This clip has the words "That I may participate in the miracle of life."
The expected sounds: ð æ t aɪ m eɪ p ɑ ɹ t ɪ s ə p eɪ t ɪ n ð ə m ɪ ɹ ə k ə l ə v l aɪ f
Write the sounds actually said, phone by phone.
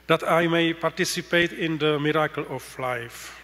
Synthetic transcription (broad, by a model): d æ t aɪ m eɪ p ɑ ɹ t ɪ s ə p eɪ t ɪ n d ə m ɪ ɹ ə k ə l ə f l aɪ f